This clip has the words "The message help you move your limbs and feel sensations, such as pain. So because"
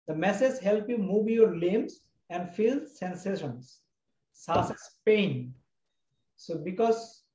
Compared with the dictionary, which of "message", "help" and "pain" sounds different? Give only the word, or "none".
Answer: message